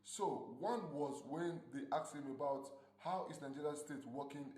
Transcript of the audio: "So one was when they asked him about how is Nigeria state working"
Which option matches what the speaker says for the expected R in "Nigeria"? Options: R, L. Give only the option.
L